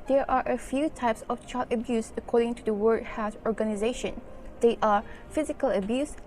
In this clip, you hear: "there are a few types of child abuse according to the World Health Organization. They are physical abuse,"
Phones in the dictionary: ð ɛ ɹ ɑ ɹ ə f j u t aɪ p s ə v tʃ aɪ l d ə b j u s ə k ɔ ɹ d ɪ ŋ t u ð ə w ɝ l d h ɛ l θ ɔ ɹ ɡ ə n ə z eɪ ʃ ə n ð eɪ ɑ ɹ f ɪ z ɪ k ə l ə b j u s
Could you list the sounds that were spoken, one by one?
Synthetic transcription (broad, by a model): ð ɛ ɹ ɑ ɹ ə f j u t aɪ p s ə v tʃ aɪ l d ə b j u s ə k ɔ ɹ d ɪ ŋ t u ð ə w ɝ d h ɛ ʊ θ ɔ ɹ ɡ ə n ə z eɪ ʃ ə n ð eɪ ɑ ɹ f ɪ z ɪ k ə l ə b j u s